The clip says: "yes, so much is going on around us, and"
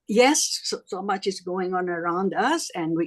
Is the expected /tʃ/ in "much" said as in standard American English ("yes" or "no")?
yes